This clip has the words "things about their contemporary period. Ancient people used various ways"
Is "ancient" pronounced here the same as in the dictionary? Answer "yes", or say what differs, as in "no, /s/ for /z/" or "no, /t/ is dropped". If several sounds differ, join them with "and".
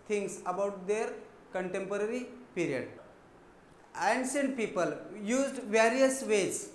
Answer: no, /s/ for /ʃ/